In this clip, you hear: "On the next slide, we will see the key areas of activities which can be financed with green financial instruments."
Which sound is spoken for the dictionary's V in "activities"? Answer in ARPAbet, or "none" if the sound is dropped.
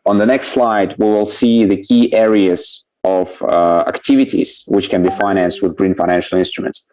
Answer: V